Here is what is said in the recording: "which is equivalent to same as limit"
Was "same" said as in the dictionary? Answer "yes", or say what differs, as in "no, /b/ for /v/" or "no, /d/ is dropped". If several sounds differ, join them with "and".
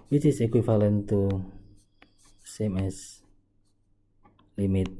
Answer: yes